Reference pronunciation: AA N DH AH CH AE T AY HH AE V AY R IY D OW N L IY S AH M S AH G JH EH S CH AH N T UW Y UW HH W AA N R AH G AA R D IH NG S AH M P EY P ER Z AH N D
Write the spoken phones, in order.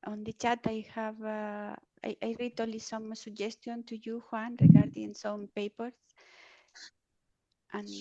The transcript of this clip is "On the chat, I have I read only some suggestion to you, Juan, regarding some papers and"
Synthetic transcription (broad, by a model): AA N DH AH CH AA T AY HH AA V AY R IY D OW L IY S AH M S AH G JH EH S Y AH N T UW Y UW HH W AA N R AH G AA R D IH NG S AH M P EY P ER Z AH N